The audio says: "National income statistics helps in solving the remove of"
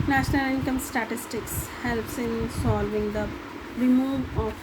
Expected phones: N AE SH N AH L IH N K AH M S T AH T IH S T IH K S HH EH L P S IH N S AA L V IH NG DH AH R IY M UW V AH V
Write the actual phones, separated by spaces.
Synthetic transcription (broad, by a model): N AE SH N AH L IH N K AH M S T AH T IH S T IH K S HH EH L P S IH N S AA L V IH NG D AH R IY M UW V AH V